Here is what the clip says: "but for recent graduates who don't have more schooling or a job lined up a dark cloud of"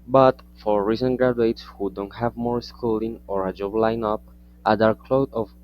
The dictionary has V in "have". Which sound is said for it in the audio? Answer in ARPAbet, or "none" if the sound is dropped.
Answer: V